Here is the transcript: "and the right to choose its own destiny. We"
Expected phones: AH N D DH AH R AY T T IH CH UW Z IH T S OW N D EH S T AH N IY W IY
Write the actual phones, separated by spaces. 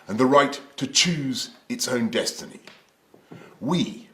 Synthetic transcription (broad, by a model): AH N DH AH R AY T T IH CH UW Z IH T S OW N D EH S T AH N IY W IY